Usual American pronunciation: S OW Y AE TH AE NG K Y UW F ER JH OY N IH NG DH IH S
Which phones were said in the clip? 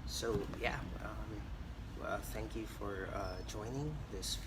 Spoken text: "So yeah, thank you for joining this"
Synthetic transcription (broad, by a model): S OW Y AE TH AE NG K Y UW F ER JH OY N IH NG DH IH S